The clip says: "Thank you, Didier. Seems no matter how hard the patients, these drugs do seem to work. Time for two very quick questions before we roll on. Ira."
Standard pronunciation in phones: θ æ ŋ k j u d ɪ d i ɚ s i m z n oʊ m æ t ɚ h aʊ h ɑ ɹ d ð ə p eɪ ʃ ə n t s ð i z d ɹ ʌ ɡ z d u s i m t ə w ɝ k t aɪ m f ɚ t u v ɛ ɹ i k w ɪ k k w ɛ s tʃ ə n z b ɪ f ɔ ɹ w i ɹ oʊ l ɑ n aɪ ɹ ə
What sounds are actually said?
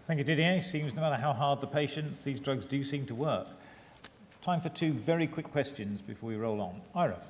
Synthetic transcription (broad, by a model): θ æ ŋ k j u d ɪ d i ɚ s i m z n oʊ m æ t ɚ h aʊ h ɑ ɹ d ð ə p eɪ ʃ ə n t s ð i z d ɹ ʌ ɡ z d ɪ s i m t ə w ɝ k t aɪ m f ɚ t u v ɛ ɹ i k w ɪ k k w ɛ s tʃ ə n z b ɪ f ɔ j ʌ ɹ oʊ l n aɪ ɹ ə